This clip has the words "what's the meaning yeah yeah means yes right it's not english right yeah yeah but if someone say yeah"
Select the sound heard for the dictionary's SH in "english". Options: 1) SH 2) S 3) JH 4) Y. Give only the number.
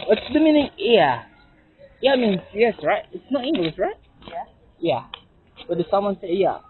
2